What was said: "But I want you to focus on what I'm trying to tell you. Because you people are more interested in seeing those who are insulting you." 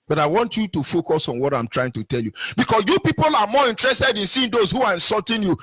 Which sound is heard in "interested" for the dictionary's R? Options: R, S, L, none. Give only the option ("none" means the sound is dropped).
R